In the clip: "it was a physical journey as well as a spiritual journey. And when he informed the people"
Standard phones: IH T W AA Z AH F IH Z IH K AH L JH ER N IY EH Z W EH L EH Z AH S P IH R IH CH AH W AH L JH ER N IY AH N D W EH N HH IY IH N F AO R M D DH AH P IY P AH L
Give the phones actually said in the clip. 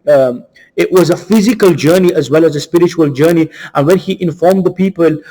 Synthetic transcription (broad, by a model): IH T W AA Z AH F IH Z IH K AH L JH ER N IY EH Z W EH L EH Z AH S P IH R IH CH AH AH L JH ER N IY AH N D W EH N HH IY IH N F AO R M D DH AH P IY P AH L